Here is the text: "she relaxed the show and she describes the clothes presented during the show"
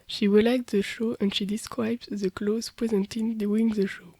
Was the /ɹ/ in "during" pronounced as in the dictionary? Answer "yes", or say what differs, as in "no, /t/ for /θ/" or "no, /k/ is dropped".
no, /w/ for /ɹ/